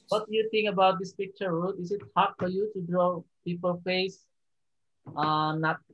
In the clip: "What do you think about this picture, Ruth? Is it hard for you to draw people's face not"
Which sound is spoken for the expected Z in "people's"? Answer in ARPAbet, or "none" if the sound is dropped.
none